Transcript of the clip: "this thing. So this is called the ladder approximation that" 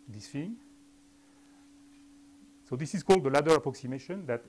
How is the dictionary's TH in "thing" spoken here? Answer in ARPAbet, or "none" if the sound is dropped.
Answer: F